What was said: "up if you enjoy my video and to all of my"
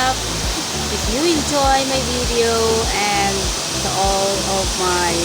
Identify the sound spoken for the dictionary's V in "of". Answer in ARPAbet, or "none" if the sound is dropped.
P